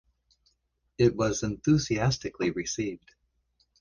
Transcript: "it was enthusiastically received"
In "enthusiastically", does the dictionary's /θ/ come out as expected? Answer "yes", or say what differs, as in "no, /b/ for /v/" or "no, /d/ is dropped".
yes